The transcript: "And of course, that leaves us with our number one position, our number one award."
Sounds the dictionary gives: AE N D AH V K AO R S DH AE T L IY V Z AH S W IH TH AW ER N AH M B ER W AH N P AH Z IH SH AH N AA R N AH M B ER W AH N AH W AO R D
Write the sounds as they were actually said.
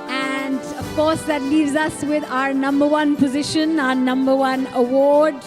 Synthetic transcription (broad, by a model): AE N D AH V K AO R S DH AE T L IY V Z AH S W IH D AW ER N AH M B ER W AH N P AH Z IH SH AH N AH N AH M B ER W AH N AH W AO R D